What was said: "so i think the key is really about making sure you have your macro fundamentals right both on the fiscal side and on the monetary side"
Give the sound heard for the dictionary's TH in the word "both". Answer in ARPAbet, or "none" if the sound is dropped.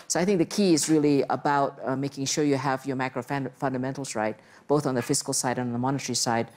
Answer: TH